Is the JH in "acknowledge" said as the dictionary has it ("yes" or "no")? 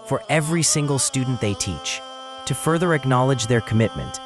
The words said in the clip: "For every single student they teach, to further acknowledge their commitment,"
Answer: yes